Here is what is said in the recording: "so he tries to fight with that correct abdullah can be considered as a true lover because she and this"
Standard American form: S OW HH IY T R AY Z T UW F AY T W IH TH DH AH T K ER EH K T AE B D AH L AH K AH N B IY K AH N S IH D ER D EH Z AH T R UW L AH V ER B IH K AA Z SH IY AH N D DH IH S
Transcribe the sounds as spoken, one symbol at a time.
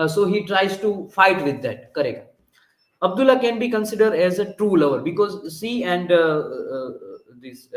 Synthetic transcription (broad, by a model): S OW HH IY T R AY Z T UW F AY T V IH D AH T K ER EH K T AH B D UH L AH K AH N B IY K AH N S IH D ER D EH Z AH T R UW L AH V ER B IH K AA Z S IY AH N D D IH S